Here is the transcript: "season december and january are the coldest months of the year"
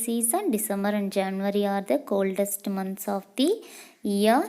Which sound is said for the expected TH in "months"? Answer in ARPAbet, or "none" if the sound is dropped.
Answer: T